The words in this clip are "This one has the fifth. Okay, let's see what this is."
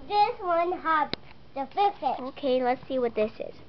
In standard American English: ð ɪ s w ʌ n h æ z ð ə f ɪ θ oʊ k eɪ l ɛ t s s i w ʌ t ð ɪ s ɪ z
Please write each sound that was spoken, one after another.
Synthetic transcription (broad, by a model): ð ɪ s w ʌ n h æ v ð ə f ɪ s oʊ k eɪ l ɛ t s s i w ʌ t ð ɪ s ɪ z